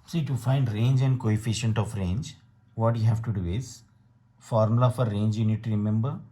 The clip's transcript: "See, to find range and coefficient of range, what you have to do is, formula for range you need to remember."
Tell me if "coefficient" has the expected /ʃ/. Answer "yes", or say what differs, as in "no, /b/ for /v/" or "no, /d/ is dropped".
yes